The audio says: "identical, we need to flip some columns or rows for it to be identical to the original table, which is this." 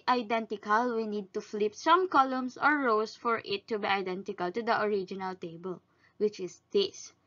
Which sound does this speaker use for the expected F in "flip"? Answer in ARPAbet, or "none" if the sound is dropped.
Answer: F